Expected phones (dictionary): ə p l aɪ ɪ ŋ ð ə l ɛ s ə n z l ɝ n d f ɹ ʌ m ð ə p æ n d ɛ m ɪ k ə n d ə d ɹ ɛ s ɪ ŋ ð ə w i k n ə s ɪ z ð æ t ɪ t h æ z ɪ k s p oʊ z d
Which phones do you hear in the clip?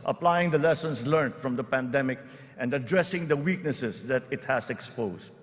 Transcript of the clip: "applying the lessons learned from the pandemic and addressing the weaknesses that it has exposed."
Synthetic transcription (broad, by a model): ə p l aɪ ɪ ŋ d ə l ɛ s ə n s l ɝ n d f ɹ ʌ m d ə p æ n d ɛ m ɪ k ə n d ə d ɹ ɛ s ɪ ŋ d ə w i k n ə s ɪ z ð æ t ɪ t h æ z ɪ k s p oʊ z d